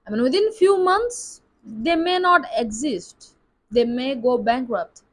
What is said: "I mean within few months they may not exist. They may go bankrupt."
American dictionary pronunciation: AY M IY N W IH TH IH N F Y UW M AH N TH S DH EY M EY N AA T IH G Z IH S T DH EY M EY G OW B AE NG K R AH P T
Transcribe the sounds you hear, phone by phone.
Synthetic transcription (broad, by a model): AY M IY N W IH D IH N F Y UW M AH N T S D EY M EY N AA T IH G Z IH S T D EY M EY G OW B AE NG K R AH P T